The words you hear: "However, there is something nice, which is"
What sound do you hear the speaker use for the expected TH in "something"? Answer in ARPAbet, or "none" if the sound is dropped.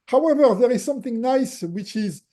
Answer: TH